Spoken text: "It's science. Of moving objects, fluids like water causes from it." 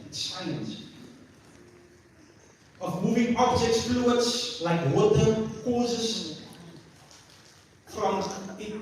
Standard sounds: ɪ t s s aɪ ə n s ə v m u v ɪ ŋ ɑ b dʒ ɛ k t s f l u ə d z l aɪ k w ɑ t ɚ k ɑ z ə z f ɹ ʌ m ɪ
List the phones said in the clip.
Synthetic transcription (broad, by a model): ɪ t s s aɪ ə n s ə v m u v ɪ ŋ ɑ b dʒ ɛ k t s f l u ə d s l aɪ k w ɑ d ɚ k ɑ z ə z f ɹ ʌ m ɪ